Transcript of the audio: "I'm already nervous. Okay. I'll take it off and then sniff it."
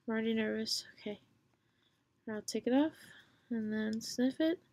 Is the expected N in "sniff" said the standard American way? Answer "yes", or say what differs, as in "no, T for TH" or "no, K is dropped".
yes